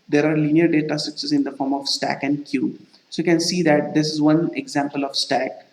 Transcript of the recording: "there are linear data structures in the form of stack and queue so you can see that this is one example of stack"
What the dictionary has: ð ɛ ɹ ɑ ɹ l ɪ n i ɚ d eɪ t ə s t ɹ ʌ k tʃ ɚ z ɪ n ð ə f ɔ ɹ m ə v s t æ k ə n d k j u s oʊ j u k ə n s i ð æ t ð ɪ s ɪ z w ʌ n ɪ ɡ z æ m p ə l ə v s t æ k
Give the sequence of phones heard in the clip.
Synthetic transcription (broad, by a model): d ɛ ɹ ɑ ɹ l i n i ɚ d eɪ t ə s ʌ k s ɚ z ɪ n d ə f ɔ ɹ m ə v s t æ k ə n d k j u s oʊ j u k ə n s i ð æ t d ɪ s ɪ z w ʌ n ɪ ɡ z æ m p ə l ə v s t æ k